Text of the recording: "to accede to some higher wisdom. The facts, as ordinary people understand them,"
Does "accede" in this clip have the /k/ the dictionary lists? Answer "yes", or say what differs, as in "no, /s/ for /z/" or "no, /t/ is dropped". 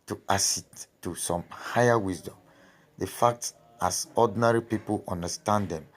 no, /k/ is dropped